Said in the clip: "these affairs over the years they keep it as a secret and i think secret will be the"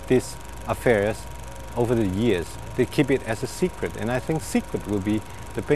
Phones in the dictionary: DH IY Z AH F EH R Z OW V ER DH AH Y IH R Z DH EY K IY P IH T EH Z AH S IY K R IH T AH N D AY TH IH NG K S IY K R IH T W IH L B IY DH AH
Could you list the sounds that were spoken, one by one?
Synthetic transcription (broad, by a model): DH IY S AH F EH R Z OW V ER DH AH Y IH R Z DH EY K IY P IH T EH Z AH S IY K R IH T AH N AY TH IH NG K S IY K R IH T W IH L B IY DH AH